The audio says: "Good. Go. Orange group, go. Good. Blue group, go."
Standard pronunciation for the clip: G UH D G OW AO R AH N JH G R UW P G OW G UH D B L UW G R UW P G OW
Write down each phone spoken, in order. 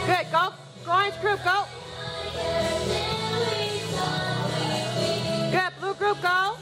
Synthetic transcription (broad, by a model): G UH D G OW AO AH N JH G R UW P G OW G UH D B L UW G R UW P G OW